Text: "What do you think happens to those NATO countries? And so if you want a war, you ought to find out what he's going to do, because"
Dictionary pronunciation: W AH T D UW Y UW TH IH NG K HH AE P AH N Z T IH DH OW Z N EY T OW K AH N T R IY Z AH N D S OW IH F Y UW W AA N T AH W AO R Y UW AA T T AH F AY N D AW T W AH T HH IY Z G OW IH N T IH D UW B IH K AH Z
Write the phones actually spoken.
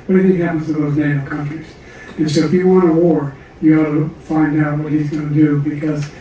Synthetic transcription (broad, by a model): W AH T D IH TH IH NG HH AE P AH N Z T IH DH OW Z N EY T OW K AH N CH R IY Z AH N S OW IH F Y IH W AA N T AH W AO R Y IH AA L T AH F AY N D AW T W AH T HH IY Z G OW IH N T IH D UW B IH K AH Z